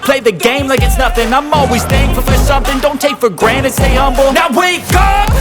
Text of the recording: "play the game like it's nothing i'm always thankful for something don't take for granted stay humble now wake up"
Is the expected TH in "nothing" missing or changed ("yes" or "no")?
no